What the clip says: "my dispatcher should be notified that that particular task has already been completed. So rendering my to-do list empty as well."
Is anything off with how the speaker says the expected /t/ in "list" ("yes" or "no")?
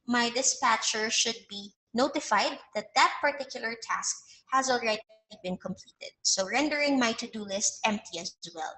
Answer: no